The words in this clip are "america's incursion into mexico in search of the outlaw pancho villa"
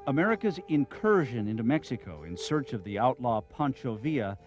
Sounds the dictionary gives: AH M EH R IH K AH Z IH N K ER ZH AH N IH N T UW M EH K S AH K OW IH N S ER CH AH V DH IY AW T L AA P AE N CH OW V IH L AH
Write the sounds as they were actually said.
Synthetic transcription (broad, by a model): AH M EH R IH K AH Z IH N K ER ZH AH N IH N T UW M EH K S AH K OW IH N S ER CH AH V DH IY AW T L AA P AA N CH OW V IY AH